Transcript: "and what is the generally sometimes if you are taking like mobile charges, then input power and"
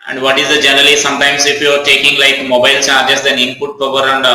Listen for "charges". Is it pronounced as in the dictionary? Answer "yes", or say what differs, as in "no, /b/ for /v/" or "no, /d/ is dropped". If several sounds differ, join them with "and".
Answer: no, /s/ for /tʃ/